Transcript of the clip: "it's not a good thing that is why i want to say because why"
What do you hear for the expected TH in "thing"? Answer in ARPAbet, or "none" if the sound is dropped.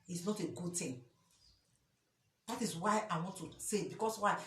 T